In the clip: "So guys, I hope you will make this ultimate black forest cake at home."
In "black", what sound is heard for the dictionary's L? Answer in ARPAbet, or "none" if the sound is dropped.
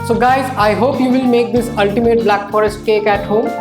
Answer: L